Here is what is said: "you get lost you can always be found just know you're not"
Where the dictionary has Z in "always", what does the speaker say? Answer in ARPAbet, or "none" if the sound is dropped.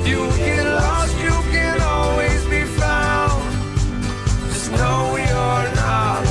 Z